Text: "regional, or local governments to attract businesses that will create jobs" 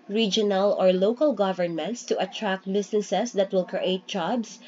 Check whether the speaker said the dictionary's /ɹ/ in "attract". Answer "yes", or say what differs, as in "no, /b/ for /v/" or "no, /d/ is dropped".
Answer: yes